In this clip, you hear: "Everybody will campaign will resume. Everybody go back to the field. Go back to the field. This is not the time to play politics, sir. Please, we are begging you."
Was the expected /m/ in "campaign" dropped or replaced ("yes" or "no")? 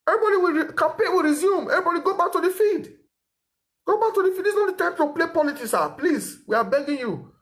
yes